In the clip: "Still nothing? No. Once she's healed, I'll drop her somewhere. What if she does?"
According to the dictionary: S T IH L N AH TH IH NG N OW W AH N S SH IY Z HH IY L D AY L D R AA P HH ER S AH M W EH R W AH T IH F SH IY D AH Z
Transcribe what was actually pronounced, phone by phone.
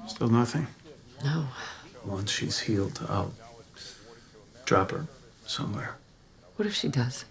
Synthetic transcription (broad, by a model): S T IH L N AH TH IH NG N OW W AH N S SH IY Z HH IY L D AY L D R AA P HH ER S AH M W EH R W AH T IH F SH IY D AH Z